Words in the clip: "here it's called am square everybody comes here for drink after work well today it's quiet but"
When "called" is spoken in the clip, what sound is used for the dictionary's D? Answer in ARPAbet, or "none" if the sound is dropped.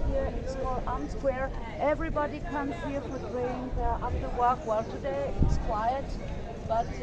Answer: none